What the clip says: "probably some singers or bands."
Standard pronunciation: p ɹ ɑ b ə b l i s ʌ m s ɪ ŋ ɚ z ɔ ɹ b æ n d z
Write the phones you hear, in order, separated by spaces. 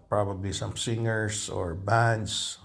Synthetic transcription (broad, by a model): p ɹ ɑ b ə b l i s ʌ m s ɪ ŋ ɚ s ɔ ɹ b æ n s